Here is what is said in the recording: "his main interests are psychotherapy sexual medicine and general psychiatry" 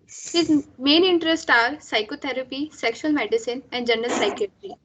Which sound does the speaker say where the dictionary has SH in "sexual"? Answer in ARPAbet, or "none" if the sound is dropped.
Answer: SH